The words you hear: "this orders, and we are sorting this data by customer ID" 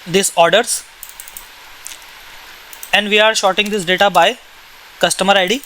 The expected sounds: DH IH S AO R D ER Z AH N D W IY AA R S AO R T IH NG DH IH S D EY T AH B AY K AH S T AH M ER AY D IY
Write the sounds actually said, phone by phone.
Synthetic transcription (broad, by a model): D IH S AO R D ER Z AH N D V IY AA R SH AO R T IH NG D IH S D EY T AH B AY K AH S T AH M ER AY D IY